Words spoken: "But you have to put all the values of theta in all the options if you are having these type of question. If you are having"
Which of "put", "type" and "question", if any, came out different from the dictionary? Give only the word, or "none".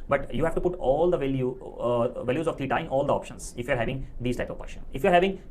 question